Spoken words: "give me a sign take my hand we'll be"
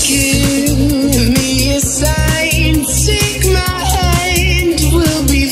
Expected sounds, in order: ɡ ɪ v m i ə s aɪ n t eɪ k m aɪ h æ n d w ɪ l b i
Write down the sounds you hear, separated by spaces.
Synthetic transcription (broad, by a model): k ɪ m i ə s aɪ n s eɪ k m aɪ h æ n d w ɪ l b i